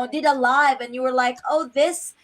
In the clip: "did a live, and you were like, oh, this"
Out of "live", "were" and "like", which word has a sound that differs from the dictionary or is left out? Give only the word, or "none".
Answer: none